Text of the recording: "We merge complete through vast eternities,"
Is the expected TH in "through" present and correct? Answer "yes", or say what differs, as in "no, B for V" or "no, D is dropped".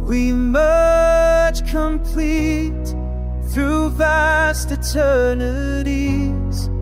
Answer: yes